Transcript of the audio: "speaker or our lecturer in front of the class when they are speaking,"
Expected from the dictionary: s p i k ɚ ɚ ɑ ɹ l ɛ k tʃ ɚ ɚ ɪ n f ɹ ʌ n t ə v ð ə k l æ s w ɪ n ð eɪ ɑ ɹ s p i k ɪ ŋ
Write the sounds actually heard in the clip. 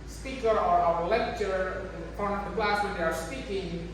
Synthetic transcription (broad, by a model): s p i k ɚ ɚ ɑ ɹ l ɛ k tʃ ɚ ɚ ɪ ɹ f ʌ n ə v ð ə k l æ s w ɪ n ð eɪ ɑ ɹ s p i k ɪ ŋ